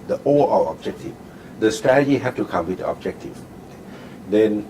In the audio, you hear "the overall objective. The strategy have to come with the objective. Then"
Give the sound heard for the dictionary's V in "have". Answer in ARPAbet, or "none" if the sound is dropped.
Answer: F